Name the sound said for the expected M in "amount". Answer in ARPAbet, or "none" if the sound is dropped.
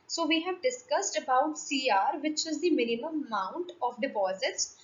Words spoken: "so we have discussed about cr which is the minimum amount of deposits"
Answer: none